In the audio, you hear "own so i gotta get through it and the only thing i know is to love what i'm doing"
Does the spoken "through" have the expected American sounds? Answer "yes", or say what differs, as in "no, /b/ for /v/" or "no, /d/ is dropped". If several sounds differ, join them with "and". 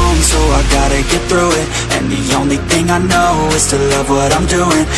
yes